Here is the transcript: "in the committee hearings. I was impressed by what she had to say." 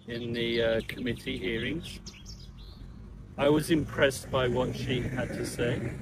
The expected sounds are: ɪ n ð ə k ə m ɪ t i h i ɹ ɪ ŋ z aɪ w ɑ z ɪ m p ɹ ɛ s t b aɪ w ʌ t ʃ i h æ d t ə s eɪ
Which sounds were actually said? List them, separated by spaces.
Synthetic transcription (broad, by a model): ɪ n ð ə k ə m ɪ t i h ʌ ɹ ɪ ŋ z aɪ w ɑ z ɪ m p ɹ ɛ s b aɪ w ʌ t ʃ i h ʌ d t ə s eɪ